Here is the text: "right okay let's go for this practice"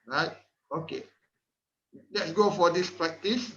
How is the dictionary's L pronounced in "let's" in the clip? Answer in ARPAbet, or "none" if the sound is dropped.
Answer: L